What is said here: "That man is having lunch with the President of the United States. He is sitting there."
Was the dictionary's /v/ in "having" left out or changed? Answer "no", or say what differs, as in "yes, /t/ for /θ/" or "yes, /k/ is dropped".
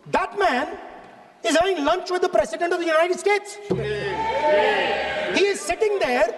yes, /v/ is dropped